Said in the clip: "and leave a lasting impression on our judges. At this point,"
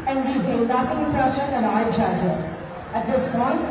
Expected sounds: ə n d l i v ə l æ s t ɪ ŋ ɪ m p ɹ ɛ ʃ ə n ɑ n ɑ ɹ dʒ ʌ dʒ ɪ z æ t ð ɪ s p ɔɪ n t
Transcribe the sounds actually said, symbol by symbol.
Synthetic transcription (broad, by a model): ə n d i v ə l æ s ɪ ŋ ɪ p ɹ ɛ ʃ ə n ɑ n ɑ l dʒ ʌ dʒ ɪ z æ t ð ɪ s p ɔɪ n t